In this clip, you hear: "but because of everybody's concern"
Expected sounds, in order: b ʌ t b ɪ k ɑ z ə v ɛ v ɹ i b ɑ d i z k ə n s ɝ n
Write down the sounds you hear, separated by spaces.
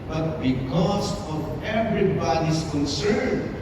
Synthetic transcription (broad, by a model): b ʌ t b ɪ k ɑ s ə v ɛ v ɹ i b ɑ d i s k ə n s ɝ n